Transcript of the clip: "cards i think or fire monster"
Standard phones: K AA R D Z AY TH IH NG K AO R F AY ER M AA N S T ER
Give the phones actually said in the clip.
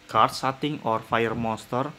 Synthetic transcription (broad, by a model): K AA R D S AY T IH NG AO R F AY ER M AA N S T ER